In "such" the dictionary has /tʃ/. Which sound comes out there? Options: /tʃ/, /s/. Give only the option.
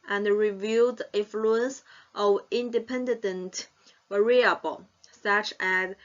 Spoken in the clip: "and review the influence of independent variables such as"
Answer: /tʃ/